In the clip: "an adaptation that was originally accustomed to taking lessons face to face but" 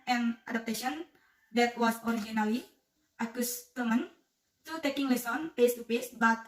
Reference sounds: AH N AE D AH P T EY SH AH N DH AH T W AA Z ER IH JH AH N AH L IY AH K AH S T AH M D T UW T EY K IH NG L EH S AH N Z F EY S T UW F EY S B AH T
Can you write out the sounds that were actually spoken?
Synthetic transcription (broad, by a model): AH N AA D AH P T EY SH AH N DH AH T W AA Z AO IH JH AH N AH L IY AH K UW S T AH M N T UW T EY K IH NG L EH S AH N F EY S T UW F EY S B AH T